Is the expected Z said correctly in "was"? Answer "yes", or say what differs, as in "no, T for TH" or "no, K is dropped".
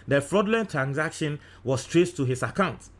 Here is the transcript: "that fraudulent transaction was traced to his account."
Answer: no, S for Z